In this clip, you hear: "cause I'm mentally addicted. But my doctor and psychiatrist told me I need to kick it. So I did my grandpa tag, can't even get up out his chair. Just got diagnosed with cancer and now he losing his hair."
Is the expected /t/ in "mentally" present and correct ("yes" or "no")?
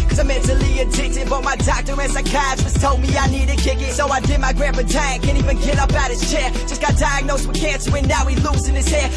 no